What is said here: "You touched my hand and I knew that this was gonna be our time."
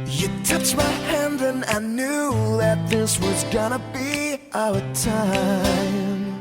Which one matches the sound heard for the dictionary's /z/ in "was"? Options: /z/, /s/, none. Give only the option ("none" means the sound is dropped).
/z/